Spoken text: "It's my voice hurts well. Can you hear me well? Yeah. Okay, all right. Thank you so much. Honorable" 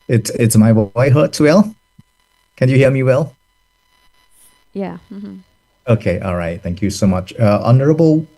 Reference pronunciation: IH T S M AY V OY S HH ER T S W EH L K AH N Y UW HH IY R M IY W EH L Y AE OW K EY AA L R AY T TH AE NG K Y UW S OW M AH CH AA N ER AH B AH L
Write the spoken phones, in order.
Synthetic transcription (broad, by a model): IH T S M AY W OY HH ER T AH W EH L K AH N Y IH HH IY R M IY W EH L Y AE OW K EY AA L R AY T TH AE NG K Y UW S OW M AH CH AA N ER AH B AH L